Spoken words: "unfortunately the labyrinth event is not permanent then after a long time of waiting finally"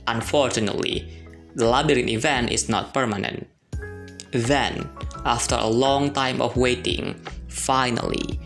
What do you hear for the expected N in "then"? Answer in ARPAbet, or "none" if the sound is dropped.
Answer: N